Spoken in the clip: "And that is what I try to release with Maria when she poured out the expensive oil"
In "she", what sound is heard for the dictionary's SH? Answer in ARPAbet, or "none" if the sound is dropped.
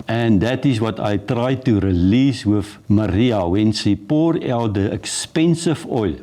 S